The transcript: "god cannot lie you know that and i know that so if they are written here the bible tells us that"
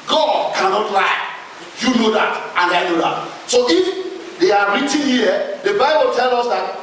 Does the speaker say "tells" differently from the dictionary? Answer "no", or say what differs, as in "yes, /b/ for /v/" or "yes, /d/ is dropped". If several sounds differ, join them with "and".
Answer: yes, /z/ is dropped